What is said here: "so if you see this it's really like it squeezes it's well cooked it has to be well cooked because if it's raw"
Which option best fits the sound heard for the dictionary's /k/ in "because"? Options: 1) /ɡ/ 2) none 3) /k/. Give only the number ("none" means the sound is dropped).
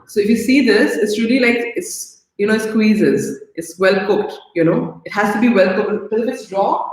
2